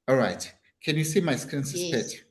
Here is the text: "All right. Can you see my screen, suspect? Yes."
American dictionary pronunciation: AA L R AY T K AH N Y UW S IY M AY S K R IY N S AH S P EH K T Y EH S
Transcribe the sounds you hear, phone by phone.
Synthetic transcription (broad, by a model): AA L R AY T K AH N Y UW S IY M AY S K R IY N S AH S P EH T